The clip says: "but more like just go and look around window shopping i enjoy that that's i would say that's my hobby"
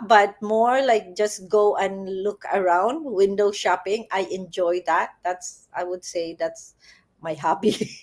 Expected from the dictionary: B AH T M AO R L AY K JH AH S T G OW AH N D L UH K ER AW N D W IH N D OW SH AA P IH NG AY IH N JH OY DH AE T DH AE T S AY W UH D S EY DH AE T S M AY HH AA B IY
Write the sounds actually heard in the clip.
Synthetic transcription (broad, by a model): B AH T M AO R L AY K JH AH S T G OW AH N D L UH K ER AW N D W IH N D OW SH AA P IH NG AY IH N JH OY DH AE T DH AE T S AY W UH D S EY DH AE T S M AY HH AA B IY